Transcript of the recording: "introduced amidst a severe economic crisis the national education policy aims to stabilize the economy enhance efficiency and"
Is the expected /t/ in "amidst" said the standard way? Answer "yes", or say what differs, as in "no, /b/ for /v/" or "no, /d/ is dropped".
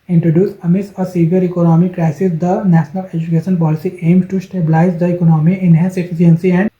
no, /t/ is dropped